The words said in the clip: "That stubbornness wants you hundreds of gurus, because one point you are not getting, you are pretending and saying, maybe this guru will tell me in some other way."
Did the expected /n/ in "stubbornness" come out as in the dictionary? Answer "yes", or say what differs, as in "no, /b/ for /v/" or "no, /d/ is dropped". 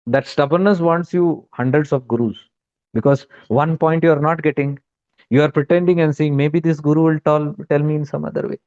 yes